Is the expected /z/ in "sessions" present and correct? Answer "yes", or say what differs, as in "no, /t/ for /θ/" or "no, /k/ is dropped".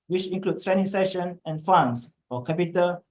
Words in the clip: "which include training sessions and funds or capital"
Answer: no, /z/ is dropped